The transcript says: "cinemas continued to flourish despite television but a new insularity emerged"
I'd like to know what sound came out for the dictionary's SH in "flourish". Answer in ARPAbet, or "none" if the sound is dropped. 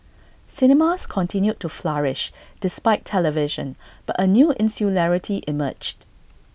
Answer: SH